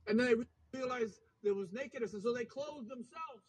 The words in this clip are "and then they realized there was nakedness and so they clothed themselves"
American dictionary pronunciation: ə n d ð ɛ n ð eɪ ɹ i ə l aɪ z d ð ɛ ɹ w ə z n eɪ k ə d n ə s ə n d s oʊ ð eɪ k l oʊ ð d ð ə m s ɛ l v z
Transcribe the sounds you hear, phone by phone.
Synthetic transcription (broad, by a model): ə n ð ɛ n ð eɪ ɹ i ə l aɪ z ð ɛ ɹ w ə z n eɪ k ə d n ə s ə n s oʊ ð eɪ k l oʊ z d ð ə m s ɛ l v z